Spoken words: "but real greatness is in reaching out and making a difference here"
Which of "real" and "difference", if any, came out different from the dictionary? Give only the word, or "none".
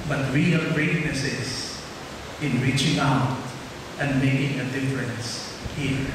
real